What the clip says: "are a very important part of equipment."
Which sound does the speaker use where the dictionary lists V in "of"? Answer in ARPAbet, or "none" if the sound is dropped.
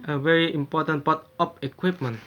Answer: P